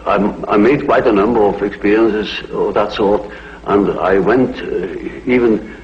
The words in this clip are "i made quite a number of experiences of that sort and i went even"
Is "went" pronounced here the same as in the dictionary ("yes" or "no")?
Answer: yes